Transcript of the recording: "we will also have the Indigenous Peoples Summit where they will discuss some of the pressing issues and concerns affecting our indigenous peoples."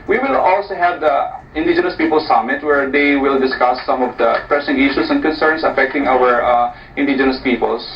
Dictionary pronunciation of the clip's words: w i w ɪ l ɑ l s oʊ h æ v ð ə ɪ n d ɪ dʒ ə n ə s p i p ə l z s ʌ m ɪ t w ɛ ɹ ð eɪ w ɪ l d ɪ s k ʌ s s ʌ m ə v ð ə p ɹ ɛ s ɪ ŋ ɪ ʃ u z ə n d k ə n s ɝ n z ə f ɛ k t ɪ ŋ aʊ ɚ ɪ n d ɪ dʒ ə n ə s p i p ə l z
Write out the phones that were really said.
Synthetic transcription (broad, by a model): w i w ɪ l ɑ l s oʊ h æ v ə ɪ n d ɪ dʒ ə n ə s p i p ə l s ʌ m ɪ t w ɛ ɹ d eɪ w ɪ l d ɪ s k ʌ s s ʌ m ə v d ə p ɹ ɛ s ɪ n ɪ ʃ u s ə n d k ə n s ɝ n s ə f ɛ k t ɪ ŋ aʊ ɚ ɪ n d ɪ dʒ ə n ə s p i p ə l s